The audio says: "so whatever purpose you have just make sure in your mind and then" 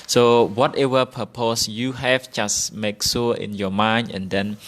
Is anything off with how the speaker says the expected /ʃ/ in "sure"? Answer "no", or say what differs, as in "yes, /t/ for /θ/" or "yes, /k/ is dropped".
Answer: yes, /s/ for /ʃ/